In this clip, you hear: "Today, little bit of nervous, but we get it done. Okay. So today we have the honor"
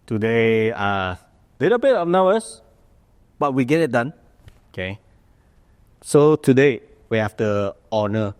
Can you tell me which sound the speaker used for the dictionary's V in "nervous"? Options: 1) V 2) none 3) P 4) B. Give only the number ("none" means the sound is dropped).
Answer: 4